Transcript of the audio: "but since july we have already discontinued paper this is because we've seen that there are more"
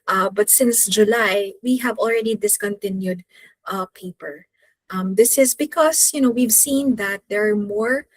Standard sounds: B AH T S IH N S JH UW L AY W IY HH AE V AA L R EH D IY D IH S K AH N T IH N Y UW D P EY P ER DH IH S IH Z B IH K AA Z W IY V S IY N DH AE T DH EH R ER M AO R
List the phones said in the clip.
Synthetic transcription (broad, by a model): B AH T S IH N S JH UW L AY W IY HH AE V AA L R EH D IY D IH S K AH N T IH N Y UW D P EY P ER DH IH S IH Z B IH K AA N W IY V S IY N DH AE T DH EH R M AO R